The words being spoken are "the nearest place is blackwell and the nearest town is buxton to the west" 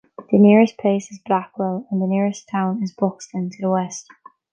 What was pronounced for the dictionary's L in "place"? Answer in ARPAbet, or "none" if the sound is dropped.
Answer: none